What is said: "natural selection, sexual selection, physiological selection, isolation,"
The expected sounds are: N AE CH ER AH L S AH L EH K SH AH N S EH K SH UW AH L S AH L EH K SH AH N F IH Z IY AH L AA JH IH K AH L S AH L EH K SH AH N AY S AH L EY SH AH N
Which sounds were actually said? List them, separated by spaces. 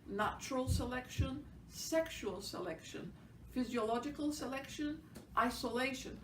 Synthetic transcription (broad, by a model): N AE CH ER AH L S AH L EH K SH AH N S EH K SH UW AH L S AH L EH K SH AH N F IH Z IY AH L AA JH IH K AH L S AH L EH K SH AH N AY S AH L EY SH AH N